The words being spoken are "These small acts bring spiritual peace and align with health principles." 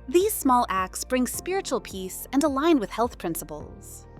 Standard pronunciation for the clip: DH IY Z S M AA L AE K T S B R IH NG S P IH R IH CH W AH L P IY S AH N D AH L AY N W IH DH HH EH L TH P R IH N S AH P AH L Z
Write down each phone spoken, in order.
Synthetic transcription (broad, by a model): DH IY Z S M AA L AE K T S B R IH NG S P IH R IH CH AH L P IY S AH N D AH L AY N W IH DH HH EH L TH P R IH N S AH P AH L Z